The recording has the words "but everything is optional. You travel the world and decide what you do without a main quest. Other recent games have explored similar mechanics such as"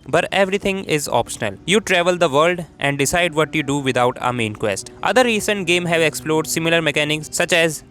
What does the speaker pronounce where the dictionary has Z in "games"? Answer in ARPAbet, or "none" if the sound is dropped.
none